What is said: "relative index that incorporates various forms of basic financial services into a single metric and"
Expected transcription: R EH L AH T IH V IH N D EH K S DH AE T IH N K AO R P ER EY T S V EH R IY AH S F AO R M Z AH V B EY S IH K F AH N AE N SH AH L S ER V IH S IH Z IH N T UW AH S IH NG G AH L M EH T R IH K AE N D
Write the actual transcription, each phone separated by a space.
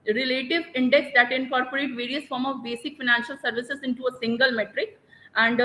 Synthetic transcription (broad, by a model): R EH L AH T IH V IH N D EH K S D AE T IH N K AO R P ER EY T V EH R IY AH S F AO R M AH V B EY S IH K F AH N AE N SH AH L S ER V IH S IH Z IH N T UW AH S IH NG G AH L M EH T R IH K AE N D